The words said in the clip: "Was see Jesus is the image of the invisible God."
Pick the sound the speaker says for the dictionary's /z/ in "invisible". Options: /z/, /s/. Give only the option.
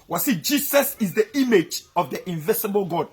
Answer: /s/